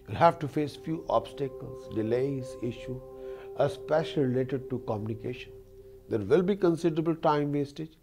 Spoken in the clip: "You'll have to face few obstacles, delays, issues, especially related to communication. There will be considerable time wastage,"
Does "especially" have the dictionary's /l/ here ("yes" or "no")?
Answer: no